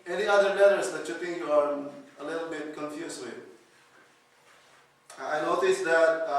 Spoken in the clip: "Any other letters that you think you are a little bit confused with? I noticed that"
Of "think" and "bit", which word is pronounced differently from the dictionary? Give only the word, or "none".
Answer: think